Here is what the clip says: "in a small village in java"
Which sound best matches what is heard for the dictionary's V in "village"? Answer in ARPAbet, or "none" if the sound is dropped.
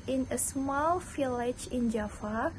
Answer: F